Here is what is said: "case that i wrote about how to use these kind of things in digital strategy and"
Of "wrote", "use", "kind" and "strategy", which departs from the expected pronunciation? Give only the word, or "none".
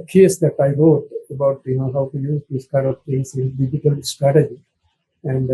kind